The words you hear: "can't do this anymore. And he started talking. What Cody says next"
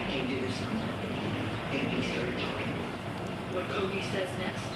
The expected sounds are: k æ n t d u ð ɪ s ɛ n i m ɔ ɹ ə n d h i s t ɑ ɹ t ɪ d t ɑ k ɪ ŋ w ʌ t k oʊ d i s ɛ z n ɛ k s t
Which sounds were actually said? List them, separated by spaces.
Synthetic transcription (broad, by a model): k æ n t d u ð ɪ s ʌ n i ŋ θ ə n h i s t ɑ ɹ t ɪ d t ɑ k ɪ ŋ w ʌ t k oʊ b i s ɛ z n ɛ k s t